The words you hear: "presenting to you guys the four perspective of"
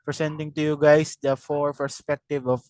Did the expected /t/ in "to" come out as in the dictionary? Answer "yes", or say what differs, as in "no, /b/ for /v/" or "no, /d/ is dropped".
yes